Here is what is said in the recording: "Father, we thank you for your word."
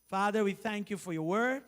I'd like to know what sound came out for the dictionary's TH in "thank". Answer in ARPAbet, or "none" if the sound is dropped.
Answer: TH